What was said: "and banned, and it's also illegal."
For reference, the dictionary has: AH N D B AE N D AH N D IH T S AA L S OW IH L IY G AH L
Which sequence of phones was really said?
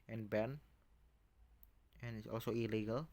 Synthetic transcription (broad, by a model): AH N B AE N AH N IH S AA L S OW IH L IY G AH L